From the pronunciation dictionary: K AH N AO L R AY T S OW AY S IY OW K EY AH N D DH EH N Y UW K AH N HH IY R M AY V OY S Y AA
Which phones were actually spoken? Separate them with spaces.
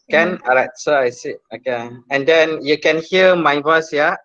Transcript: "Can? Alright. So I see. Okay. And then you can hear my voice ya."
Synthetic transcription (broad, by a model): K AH N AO R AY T S OW AY S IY OW K EY AH N D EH N Y UW K AH N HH IY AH M AY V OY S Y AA